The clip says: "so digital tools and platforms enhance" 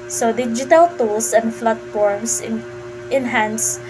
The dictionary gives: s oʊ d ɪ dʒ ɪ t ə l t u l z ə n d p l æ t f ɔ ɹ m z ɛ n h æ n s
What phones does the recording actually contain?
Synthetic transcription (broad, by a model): s oʊ d ɪ dʒ ɪ t ə l t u l s ə n d f l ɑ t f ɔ ɹ m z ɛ n h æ n s